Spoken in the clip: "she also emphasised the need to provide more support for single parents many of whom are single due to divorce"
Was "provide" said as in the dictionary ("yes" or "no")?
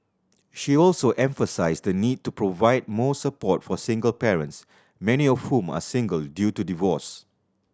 yes